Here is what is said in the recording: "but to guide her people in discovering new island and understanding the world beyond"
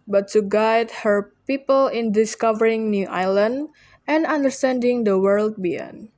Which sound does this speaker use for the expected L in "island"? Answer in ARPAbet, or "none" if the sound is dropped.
L